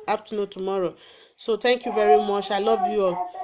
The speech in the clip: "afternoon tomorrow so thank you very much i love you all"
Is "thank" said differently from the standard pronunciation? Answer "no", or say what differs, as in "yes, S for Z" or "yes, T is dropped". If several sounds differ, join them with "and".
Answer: yes, T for TH